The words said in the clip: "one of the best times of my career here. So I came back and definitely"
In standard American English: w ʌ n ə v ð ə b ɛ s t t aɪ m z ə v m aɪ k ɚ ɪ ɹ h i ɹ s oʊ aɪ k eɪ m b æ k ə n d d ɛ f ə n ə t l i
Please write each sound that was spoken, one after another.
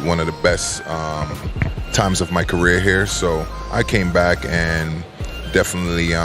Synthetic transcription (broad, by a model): w ʌ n ə v ð ə b ɛ s t t aɪ m z ə v m aɪ k ɚ ɪ ɹ h i ɹ s oʊ aɪ k eɪ m b æ k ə n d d ɛ f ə n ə t l i